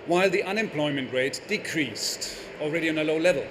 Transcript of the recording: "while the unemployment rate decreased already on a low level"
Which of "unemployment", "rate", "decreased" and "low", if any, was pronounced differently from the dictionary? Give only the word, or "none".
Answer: none